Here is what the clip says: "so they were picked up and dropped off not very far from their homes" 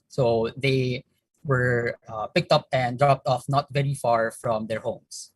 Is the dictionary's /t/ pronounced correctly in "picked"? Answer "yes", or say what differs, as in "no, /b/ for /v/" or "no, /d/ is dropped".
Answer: yes